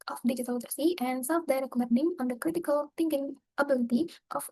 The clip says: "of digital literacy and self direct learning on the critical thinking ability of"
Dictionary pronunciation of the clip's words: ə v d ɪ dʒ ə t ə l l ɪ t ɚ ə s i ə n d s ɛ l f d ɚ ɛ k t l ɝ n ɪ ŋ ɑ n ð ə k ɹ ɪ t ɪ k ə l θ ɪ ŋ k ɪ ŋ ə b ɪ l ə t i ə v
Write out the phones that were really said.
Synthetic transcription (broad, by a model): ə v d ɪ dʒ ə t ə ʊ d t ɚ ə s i ə n d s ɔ f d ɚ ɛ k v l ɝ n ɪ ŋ ɑ n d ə k ɹ ɪ t ɪ k ə l t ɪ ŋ k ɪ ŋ ə b ɪ l ə t i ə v